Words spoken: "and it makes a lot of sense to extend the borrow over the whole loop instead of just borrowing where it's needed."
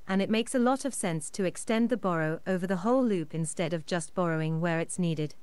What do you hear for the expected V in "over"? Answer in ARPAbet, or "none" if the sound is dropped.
V